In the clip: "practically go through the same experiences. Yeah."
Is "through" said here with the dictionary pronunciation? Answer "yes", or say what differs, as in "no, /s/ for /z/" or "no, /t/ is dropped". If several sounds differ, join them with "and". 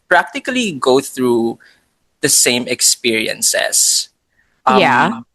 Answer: yes